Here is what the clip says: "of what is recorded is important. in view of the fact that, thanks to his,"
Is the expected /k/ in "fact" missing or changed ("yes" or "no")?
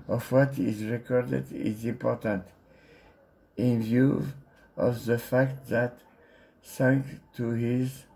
no